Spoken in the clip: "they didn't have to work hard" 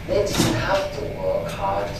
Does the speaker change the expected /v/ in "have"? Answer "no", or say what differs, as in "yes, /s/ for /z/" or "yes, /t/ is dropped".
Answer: yes, /f/ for /v/